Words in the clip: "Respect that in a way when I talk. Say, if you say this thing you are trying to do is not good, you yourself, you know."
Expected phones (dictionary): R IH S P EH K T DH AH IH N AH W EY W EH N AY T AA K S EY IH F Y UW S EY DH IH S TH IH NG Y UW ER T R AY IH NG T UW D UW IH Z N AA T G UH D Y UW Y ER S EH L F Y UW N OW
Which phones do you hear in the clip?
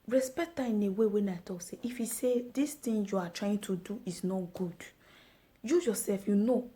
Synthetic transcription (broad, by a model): R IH S P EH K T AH IH N AH W EY W EH N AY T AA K S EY IH F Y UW S EY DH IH S T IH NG Y UW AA T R AY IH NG T UW D UW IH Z N AA T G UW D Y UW Y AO S EH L F Y UW N OW